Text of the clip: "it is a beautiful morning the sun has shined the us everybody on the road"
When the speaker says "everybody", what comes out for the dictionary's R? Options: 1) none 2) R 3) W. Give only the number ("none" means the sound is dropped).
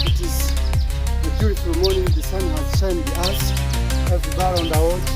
1